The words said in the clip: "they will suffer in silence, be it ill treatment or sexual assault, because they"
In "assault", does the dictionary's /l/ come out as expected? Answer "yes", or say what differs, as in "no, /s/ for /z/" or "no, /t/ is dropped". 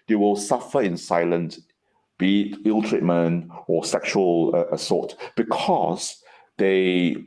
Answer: no, /l/ is dropped